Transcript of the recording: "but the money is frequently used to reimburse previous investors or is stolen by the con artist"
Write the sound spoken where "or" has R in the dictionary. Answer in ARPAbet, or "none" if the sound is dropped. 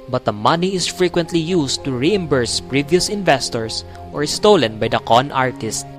R